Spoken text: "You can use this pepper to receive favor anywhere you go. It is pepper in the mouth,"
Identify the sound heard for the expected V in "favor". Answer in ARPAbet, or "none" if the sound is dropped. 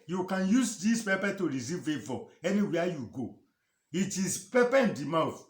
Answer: F